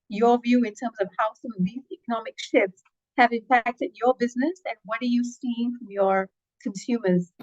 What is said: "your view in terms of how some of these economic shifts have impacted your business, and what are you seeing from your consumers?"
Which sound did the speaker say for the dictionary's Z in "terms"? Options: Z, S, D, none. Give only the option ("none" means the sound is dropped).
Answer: Z